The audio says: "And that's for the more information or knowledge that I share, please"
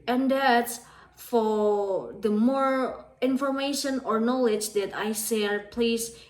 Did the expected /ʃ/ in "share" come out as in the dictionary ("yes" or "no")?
no